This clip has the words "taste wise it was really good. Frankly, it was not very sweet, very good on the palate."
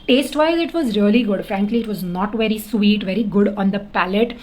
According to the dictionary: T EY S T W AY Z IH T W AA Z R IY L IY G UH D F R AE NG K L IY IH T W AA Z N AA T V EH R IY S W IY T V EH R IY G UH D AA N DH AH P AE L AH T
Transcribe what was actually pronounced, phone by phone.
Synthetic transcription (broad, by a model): T EY S T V AY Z IH T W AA Z R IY L IY G UH D F R AE NG K L IY IH T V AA Z N AA T V EH R IY S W IY T V EH R IY G UH D AA N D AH P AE L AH T